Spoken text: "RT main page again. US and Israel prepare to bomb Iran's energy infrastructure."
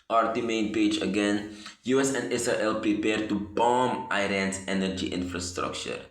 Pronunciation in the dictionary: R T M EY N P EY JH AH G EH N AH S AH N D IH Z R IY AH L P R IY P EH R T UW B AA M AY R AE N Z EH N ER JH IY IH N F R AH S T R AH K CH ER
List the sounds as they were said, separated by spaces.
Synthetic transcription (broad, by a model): R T M EY N P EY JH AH G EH N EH S AH N D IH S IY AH L P R IY P EH R T UW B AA M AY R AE N S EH N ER JH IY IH N F R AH S T R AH K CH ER